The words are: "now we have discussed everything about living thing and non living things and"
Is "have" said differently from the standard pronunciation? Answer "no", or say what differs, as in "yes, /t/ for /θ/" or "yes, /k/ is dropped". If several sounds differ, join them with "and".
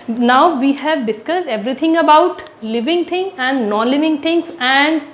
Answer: no